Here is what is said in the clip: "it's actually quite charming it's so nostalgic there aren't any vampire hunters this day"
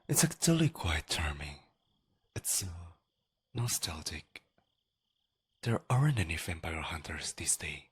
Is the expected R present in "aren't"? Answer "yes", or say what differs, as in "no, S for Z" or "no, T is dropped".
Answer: yes